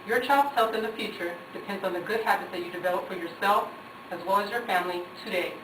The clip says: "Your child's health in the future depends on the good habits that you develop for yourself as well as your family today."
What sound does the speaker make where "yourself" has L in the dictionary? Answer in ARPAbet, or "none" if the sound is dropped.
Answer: L